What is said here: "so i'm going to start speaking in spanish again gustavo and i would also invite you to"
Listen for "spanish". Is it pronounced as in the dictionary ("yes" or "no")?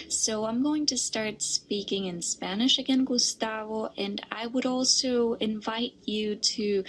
yes